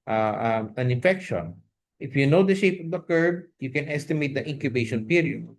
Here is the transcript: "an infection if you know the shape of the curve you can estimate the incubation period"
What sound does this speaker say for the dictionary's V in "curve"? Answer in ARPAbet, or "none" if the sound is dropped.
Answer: B